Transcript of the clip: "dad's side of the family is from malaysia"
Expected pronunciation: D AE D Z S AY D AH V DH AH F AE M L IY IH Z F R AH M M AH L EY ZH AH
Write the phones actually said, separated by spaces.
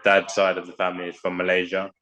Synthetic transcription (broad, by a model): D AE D S AY D AH V DH AH F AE M L IY IH Z F R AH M M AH L EY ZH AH